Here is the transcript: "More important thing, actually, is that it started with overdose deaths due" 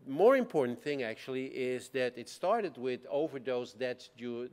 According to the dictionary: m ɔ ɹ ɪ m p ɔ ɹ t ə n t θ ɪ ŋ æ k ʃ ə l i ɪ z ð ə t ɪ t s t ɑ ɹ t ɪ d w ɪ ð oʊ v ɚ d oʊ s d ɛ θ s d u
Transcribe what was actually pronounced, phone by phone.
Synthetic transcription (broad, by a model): m ɔ ɹ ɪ m p ɔ ɹ t n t θ ɪ ŋ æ k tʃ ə l i ɪ z ð ə t ɪ t s t ɑ ɹ t ɪ d w ɪ ð oʊ v ɚ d oʊ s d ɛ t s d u